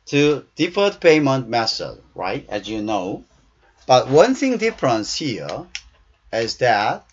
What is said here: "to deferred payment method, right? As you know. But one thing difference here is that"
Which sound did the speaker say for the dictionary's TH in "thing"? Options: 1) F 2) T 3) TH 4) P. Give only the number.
3